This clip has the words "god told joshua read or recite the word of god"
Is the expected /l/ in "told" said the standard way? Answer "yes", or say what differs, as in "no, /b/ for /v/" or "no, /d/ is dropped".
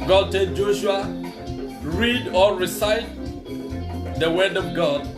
no, /l/ is dropped